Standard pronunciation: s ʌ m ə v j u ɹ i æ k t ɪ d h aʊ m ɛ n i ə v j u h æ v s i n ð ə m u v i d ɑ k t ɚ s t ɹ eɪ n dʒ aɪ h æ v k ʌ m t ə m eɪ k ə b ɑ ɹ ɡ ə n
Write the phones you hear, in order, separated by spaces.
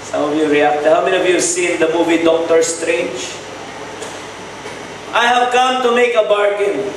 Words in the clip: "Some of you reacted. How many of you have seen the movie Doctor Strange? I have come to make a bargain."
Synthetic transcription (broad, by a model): s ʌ m ə v j u ɹ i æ k t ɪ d h aʊ m ɛ n i ə v j u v s i n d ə m u v i d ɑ k t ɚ s t ɹ eɪ n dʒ aɪ h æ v k ʌ m t ə m eɪ k ə b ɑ ɹ ɡ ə n